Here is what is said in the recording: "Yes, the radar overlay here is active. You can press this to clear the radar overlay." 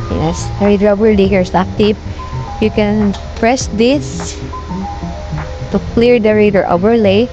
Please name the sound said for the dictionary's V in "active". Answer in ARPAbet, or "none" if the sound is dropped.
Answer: P